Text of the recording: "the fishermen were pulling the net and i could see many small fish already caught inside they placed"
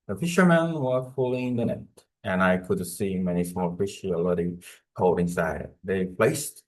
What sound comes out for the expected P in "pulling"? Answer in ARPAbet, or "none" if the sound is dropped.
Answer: F